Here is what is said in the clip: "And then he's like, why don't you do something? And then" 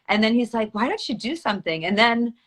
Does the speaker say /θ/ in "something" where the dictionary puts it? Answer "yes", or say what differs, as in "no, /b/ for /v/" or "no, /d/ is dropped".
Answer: yes